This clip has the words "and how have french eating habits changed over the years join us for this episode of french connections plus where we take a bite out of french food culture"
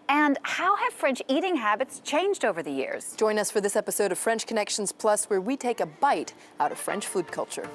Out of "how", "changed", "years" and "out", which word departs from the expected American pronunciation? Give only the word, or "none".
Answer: none